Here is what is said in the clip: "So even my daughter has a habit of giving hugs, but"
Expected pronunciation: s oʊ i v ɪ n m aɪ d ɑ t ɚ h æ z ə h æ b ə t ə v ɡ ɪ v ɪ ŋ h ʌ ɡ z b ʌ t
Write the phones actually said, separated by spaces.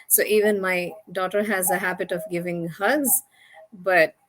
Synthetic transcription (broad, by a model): s oʊ i v ɪ n m aɪ d ɑ t ɚ h æ z ə h æ b ə t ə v ɡ ɪ v ɪ ŋ h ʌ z b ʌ t